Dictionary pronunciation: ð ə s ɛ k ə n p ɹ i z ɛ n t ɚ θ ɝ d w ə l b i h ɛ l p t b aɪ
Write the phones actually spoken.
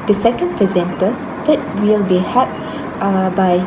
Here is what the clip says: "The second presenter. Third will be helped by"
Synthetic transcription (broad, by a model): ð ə s ɛ k ə n p ɹ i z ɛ n t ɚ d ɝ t w ə l b i h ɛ p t b aɪ